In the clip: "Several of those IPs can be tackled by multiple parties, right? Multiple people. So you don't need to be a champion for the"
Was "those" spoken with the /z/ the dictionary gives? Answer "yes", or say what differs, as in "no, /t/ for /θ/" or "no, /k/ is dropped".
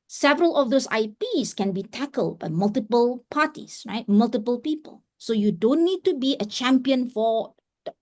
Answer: no, /s/ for /z/